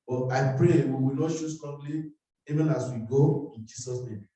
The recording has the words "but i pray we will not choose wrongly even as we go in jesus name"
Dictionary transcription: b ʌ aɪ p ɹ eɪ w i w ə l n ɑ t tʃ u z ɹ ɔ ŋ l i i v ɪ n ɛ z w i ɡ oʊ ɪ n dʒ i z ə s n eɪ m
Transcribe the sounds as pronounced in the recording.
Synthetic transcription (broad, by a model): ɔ aɪ p ɹ eɪ w i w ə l n ɑ t ʃ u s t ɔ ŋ l i i v ɪ n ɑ s w i ɡ oʊ ɪ n dʒ i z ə s n eɪ m